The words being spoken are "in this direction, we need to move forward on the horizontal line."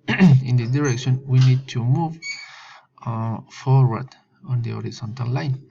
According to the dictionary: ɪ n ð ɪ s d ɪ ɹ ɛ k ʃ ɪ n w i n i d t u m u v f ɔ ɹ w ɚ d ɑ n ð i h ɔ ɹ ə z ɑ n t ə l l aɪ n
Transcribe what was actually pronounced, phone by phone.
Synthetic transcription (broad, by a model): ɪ n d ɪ d ɪ ɹ ɛ k ʃ ɪ n w i n i d t u m u v f ɔ ɹ w ɚ d ɑ n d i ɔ ɹ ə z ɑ n t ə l l aɪ n